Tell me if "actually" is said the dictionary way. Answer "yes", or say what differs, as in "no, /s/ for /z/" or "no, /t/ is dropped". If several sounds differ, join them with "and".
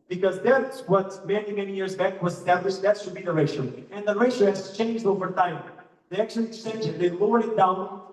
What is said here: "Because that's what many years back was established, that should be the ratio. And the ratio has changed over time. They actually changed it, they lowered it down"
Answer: no, /ʃ/ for /tʃ/